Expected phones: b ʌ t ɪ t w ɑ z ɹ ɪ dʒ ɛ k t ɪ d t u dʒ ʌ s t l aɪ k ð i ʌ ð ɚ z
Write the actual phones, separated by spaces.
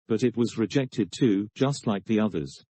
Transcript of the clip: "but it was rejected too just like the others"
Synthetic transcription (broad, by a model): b ʌ t ɪ t w ɑ z ɹ ɪ dʒ ɛ k t ɪ d t u dʒ ʌ s t l aɪ k ð i ʌ ð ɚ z